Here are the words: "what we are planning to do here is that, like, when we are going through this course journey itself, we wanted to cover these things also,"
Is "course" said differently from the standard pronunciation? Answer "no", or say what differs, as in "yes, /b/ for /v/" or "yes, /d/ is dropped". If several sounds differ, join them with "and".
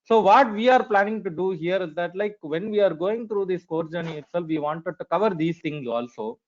yes, /s/ is dropped